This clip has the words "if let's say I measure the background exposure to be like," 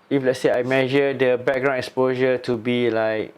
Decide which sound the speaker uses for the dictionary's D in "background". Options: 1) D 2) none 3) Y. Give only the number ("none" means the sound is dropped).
2